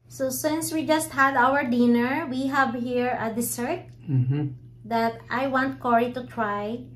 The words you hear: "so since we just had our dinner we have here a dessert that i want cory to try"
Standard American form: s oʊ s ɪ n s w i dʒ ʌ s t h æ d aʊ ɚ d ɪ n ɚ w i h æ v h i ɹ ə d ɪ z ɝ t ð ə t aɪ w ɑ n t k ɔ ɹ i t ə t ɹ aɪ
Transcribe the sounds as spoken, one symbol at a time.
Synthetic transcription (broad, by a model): s oʊ s ɪ n s w i dʒ ʌ s t h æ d aʊ ɚ d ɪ n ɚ w i h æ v h i ɹ ə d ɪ s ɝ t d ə t aɪ w ɑ n t k ɔ ɹ i t ə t ɹ aɪ